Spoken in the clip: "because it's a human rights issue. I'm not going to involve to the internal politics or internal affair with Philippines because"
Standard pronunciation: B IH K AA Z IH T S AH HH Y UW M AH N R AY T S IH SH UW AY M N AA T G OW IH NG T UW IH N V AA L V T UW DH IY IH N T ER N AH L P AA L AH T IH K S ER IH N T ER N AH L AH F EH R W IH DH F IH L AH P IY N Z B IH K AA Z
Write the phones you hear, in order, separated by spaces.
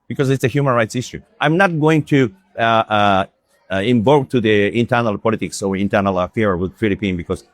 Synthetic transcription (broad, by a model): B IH K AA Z IH T S AH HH Y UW M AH N R AY T S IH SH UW AY M N AA T G OW IH NG T UW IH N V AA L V T UW DH IY IH N T ER N AH L P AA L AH T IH K S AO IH N T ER N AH L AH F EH R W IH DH F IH L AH P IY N B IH K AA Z